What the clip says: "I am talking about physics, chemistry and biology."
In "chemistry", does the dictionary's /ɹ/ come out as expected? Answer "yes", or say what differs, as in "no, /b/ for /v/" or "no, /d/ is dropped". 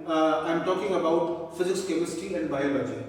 no, /ɹ/ is dropped